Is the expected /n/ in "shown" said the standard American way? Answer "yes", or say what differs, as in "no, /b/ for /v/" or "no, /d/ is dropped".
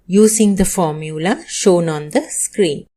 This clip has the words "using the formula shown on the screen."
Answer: yes